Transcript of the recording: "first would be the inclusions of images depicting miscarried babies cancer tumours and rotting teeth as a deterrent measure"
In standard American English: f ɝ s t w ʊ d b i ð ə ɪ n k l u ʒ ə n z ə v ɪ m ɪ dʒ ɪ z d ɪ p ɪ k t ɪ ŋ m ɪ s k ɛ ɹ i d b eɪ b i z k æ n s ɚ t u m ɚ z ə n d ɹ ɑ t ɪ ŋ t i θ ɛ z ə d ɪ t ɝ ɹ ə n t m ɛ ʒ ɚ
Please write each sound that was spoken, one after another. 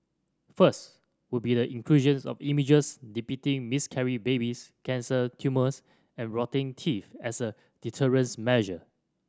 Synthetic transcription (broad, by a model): f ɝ s t w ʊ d b i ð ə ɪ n k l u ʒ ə n s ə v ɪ m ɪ dʒ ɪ s d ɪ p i t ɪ ŋ m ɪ s k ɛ ɹ i b eɪ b i s k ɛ n s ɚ t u m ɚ s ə n ɹ ɑ t ɪ ŋ t i f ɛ s ə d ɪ t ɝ ɹ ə n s m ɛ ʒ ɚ